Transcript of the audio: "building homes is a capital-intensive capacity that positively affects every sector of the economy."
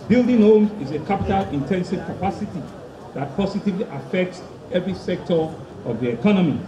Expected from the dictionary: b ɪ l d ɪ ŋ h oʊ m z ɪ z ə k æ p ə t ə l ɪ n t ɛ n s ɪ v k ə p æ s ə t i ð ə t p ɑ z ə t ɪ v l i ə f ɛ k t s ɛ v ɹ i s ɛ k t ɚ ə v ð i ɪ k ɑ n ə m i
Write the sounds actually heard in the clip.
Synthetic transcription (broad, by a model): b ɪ l d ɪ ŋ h oʊ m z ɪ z ə k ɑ p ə t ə l ɪ n t ɛ n s ɪ v k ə p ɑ s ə t i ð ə t p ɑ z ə t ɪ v l i ə f ɛ k t s ɛ v ɹ i s ɛ k t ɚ ə v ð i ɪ k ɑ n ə m i